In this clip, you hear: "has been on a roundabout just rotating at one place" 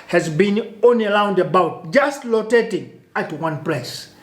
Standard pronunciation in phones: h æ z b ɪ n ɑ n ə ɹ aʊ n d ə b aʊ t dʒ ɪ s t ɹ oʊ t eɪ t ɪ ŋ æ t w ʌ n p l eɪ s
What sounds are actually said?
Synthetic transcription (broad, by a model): h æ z b ɪ n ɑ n ə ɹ aʊ n d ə b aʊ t dʒ ɪ s t l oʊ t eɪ t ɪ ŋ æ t w ʌ n p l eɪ s